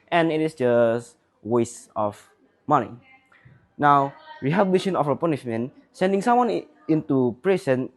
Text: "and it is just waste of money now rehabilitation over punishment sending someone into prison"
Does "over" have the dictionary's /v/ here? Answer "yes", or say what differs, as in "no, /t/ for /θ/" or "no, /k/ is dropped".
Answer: no, /f/ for /v/